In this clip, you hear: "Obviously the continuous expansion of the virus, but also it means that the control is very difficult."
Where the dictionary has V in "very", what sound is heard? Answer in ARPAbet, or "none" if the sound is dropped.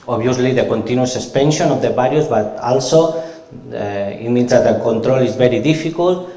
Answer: B